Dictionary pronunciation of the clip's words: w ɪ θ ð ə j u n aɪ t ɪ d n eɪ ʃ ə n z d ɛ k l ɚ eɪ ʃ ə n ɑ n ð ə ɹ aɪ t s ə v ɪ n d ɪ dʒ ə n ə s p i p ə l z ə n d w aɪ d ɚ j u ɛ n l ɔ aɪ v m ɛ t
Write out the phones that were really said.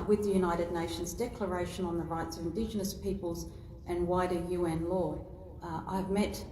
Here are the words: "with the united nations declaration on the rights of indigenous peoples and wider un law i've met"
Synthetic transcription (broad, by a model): w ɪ ð ə j u n aɪ t ɪ d n eɪ ʃ ə n z d ɛ k l ɚ eɪ ʃ ə n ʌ n ð ə ɹ aɪ t s ə v ɪ n d ɪ dʒ ə n ə s p i p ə l z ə n w aɪ d ɚ j u ɛ n l ɔ aɪ v m ɛ t